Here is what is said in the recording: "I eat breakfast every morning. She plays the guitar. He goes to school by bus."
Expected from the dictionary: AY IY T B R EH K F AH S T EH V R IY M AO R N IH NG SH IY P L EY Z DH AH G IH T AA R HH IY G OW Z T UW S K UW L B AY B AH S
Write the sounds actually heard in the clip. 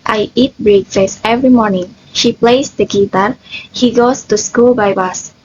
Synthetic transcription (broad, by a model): AY IY T B R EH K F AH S EH V R IY M AO R N IH NG SH IY P L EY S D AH G IH T AA R HH IY G OW S T UW S K UW L B AY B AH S